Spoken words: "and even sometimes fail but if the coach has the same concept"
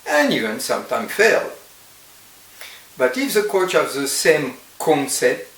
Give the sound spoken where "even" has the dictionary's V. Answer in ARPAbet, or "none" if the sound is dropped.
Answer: none